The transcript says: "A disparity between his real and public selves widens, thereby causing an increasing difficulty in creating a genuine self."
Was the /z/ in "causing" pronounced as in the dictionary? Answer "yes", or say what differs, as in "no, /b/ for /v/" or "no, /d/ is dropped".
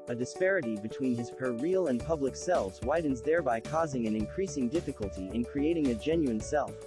yes